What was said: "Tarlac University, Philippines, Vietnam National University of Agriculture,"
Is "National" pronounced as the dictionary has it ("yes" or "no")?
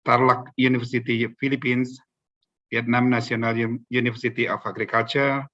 no